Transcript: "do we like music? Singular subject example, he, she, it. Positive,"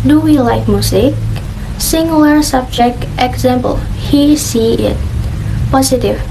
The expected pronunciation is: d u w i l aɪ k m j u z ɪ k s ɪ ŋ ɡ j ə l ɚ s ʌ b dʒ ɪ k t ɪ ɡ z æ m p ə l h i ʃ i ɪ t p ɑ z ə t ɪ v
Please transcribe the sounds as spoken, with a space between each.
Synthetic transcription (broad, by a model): d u w i l aɪ k m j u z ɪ k s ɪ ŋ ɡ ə l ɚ s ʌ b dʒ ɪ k t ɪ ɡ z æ m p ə l h i s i ɪ t p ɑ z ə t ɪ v